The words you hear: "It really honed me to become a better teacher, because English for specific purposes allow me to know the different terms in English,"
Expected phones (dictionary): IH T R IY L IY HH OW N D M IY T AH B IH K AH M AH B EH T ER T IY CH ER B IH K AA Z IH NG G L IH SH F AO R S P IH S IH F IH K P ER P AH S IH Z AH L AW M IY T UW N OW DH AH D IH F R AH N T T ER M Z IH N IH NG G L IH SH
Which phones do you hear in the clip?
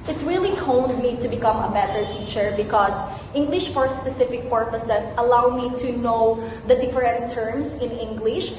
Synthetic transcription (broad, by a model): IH T R IY L IY HH OW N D M IY T AH B IH K AH M AH B EH T ER T IY CH ER B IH K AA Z IH NG G L IH SH F AO R S P IH S IH F IH K P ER P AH S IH S AH L AW M IY T UW N OW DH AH D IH F R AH N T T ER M S IH N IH NG G L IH SH